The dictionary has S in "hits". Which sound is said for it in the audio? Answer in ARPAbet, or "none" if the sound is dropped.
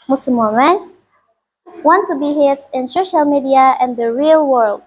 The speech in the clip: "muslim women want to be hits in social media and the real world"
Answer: none